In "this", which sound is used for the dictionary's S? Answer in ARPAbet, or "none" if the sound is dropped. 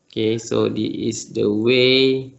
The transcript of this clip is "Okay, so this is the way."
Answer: none